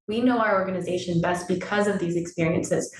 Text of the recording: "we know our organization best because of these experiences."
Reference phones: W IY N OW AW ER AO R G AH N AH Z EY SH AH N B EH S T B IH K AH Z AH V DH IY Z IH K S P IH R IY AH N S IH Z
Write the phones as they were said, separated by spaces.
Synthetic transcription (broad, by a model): W IY N OW AW ER AO R G AH N AH Z EY SH AH N B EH S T B IH K AH Z AH V DH IY Z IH K S P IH R IY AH N S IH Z